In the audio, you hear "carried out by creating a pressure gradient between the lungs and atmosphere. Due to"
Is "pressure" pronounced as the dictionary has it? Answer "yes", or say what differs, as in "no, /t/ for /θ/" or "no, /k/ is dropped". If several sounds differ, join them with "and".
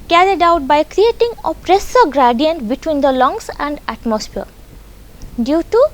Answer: no, /s/ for /ʃ/